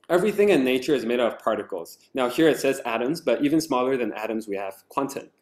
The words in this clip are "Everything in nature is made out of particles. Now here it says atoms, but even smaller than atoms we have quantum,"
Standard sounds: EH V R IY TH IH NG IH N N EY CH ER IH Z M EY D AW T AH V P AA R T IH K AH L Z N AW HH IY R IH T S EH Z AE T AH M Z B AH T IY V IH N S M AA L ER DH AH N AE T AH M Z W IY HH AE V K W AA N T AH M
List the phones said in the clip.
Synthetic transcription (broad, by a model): EH V R IY TH IH NG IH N N EY CH ER IH Z M EY IH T AH V P AA R T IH K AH L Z N AW HH IY R IH T S EH Z AE T AH M Z B AH T IY V IH N S M AA L ER DH AH N AE T AH M Z W IY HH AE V K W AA N T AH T